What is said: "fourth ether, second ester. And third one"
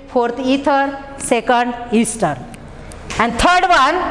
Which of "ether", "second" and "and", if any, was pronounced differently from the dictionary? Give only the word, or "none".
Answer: ether